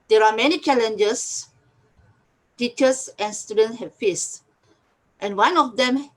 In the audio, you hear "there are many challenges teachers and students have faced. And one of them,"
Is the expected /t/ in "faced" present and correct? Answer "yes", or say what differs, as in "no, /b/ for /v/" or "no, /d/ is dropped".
yes